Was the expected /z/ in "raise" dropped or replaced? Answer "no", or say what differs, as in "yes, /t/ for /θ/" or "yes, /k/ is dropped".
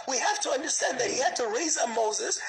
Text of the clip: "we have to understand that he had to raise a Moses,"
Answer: no